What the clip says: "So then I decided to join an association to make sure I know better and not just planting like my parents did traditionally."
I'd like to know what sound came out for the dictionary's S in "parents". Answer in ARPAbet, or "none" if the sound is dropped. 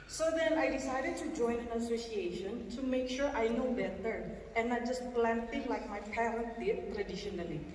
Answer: none